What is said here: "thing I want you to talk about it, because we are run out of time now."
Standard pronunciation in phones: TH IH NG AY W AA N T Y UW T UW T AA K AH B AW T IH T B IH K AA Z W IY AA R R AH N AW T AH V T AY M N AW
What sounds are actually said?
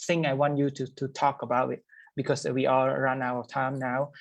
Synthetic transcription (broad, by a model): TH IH NG AY W AA N T Y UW T UW T AA K AH B AW T IH T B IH K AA S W IY AA L R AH N AW T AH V T AY M N AW